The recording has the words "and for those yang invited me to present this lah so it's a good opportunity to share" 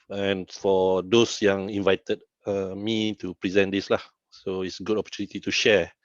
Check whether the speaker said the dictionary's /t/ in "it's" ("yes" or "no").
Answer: yes